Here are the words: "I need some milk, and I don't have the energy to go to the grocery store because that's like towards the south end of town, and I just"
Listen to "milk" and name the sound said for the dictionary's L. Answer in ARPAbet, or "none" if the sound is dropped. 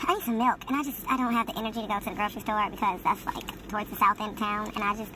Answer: L